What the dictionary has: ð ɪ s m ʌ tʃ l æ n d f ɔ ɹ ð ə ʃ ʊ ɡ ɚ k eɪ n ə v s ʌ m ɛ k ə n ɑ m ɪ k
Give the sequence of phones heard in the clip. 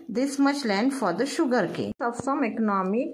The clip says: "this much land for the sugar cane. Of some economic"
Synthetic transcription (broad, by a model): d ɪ s m ʌ tʃ l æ n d f ɔ ɹ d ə ʃ ʊ ɡ ɚ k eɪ ə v s ʌ m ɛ k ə n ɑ m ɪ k